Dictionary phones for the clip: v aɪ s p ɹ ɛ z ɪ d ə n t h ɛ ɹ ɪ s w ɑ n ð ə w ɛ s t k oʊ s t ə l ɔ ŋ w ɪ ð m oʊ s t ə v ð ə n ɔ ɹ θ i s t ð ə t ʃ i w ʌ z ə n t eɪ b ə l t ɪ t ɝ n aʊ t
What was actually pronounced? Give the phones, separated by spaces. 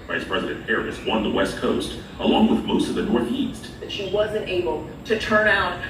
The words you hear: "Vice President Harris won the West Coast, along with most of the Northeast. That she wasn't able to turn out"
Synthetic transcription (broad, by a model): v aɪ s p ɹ ɛ z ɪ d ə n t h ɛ ɹ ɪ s w ɑ n ð ə w ɛ s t k oʊ s t ə l ɔ ŋ w ɪ ð m oʊ s t ə v ð ə n ɔ ɹ θ i s t ð ə t ʃ i w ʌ z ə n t eɪ b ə l t ɪ t ɝ n aʊ t